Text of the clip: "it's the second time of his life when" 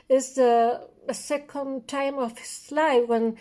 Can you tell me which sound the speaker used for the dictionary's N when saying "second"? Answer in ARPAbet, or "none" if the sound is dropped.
N